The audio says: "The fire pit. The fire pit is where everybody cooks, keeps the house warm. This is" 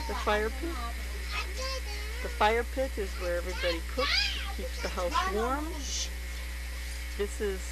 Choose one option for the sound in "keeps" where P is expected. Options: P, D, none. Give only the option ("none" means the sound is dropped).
P